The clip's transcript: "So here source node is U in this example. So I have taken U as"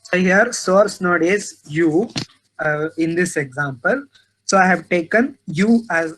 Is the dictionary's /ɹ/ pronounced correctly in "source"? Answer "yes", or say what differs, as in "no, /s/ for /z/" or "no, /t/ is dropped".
yes